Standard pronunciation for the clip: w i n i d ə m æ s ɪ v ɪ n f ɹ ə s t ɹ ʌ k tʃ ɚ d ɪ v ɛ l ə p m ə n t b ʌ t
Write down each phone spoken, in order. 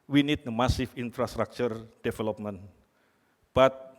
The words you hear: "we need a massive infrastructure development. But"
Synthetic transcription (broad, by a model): w i n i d ə m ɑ s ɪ f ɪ n f ɹ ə s t ɹ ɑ k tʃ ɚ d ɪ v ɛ l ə p m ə n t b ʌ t